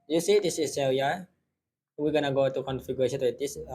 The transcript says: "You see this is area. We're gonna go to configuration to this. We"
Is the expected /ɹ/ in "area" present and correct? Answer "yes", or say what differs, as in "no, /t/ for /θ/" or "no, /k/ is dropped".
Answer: no, /l/ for /ɹ/